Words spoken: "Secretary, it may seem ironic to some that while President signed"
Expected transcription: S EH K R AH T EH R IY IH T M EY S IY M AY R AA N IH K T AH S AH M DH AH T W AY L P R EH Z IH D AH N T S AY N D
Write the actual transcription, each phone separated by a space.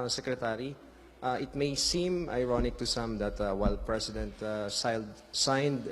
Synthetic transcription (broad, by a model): S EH K R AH T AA R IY IH T M EY S IY M AY R AA N IH K T AH S AH M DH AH T W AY L P R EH S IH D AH N T S AY N D